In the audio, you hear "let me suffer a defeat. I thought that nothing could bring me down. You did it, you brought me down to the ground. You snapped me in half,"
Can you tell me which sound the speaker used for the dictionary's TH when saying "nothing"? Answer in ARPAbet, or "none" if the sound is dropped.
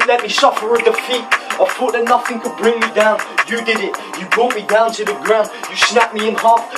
TH